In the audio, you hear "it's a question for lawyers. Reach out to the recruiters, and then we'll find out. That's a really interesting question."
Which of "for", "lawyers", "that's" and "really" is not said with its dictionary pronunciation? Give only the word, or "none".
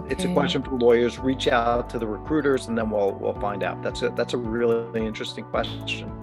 none